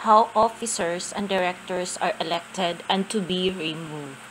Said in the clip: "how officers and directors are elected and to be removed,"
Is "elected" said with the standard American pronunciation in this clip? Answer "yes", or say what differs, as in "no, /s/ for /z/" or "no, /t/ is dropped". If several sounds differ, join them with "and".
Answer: yes